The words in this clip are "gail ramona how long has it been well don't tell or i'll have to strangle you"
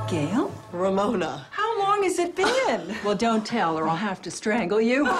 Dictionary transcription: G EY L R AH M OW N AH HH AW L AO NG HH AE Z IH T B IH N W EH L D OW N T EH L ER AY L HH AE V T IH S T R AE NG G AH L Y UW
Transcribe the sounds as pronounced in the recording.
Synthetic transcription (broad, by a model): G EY L R AH M OW N AH HH AW L AO NG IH Z IH T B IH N W EH L D OW N T EH L ER AY L HH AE F T IH S T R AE NG G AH L Y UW